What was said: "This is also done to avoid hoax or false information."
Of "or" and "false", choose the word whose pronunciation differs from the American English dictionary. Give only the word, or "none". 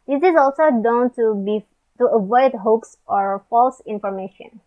none